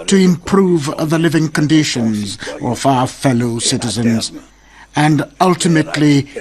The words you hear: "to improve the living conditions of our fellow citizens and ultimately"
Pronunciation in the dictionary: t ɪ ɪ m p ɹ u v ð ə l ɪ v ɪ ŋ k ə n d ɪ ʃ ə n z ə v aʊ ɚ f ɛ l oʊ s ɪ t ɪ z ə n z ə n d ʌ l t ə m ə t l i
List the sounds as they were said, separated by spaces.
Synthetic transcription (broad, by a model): t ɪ ɪ m p ɹ u v ð ə l ɪ v ɪ ŋ k ə n d ɪ ʃ ə n z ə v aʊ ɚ f ɛ l oʊ s ɪ t ɪ z ə n z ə n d ʌ l t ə m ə t l i